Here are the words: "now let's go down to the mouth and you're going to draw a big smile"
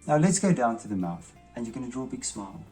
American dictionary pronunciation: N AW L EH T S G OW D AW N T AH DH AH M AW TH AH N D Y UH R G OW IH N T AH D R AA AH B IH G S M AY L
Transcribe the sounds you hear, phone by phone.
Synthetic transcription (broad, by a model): N AW L EH T S G OW D AW N T AH DH AH M AW TH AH N Y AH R G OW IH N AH D R AA AH B IH G S M AY L